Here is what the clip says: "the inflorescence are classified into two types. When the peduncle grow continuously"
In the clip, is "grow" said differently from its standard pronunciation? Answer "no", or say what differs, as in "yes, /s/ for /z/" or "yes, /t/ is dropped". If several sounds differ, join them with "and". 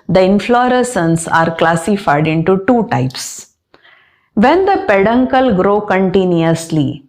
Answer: no